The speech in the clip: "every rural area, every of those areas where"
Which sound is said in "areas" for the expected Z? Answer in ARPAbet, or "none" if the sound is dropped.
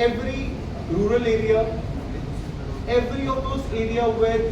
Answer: none